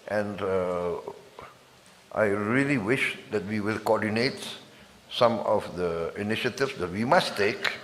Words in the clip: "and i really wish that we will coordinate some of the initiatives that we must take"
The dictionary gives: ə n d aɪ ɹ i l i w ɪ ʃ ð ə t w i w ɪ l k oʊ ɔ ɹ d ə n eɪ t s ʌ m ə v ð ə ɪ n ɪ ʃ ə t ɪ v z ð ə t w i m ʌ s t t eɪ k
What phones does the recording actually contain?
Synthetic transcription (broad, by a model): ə n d aɪ ɹ i l i w ɪ ʃ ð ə t w i w ɪ l k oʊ ɔ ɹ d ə n eɪ t s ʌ m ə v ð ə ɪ n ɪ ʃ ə t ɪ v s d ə t w i m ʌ s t t eɪ k